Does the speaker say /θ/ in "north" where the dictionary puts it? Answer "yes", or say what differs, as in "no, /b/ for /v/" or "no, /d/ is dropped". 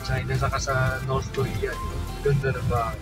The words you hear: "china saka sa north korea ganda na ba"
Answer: no, /s/ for /θ/